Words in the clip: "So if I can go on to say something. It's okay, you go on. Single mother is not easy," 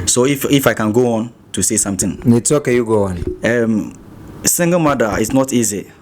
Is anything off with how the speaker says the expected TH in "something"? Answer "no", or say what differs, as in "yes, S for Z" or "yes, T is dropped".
yes, T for TH